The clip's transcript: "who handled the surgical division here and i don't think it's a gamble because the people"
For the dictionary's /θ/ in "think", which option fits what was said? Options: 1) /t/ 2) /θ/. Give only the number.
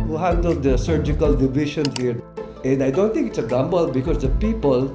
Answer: 1